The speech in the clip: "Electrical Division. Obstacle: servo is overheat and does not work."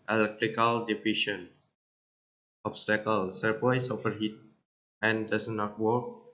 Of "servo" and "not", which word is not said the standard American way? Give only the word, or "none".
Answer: servo